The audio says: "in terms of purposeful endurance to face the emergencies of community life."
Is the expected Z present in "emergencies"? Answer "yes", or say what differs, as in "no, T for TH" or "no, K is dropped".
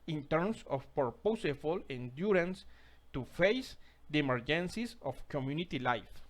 no, S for Z